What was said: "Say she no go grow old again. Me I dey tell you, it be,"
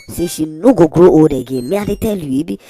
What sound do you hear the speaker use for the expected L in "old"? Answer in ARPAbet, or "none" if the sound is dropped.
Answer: none